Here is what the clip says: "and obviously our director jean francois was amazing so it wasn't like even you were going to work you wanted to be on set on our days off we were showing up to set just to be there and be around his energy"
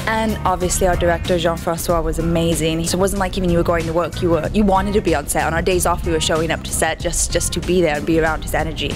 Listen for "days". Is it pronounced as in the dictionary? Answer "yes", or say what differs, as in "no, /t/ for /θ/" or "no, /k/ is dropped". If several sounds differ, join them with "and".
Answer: yes